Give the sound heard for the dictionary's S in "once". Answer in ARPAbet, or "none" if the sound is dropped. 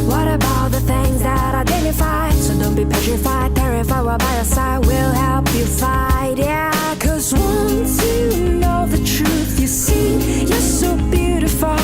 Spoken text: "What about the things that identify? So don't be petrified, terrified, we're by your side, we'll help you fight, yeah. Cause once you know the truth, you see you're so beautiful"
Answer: S